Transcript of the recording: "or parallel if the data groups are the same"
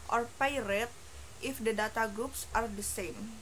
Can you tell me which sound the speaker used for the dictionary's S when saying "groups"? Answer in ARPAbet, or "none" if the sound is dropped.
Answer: S